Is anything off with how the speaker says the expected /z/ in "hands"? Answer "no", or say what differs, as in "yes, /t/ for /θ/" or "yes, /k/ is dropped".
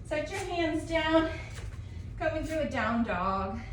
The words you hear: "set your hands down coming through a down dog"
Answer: no